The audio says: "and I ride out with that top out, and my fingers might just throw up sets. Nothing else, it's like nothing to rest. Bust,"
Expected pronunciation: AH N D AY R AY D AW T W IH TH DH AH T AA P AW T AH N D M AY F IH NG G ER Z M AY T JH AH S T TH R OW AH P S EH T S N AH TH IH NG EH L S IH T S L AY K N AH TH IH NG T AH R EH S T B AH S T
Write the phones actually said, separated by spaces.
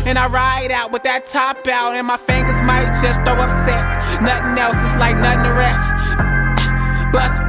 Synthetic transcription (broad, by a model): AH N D AY R AY D AW T W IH DH AH T AA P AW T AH N M AY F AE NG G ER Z M AY T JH AH S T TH OW AH P S EH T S N AH TH IH NG EH L S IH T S L AY K N AH TH IH NG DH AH R EH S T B AH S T